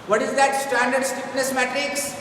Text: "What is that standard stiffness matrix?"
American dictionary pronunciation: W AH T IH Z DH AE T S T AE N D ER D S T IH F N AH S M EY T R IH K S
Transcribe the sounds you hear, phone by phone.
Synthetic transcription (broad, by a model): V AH T IH Z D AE T S T AE N D ER D S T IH P N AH S M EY T R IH K S